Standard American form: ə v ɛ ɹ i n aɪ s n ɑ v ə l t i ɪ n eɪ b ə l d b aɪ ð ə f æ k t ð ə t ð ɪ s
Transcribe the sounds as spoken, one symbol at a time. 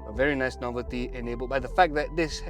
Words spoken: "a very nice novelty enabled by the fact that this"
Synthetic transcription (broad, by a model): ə v ɛ ɹ i n aɪ s n ɑ v ə l t i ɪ n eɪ b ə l b aɪ ð ə f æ k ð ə t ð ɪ s